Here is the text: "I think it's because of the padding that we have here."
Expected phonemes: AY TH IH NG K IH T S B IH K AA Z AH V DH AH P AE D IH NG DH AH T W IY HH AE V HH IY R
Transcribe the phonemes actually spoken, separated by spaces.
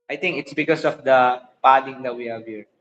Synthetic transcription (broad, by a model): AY T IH NG K IH T S B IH K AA S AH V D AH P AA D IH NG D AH T W IY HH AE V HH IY R